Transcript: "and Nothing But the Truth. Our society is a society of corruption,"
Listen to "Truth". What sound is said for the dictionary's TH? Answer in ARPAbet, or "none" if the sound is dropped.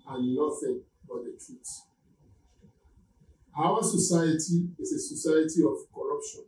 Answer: S